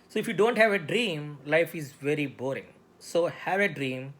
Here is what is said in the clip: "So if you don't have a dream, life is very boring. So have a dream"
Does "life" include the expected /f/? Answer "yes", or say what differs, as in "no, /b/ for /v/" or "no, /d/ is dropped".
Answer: yes